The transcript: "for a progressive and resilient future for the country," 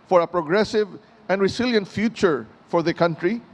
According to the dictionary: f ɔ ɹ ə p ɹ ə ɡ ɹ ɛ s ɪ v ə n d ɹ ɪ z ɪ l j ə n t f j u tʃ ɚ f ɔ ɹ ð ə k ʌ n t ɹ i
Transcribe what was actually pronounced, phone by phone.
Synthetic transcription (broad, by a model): f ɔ ɹ ə p ɹ ə ɡ ɹ ɛ s ɪ v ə n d ɹ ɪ s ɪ l j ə n t f j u tʃ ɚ f ɔ ɹ ð ə k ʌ n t ɹ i